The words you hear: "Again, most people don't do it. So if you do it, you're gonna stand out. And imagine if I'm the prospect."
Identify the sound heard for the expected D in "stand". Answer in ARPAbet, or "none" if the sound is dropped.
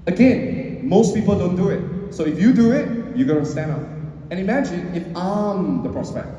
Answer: none